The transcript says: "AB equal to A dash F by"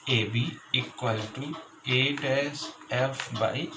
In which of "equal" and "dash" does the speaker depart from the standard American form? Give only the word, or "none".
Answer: dash